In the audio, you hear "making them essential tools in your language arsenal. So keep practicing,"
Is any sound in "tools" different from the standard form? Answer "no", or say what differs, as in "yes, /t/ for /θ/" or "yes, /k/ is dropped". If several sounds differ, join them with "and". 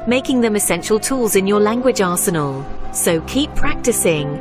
no